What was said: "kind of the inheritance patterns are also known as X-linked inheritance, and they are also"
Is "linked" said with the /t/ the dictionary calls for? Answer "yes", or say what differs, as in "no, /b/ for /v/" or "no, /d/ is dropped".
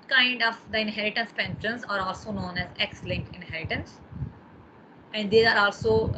no, /t/ is dropped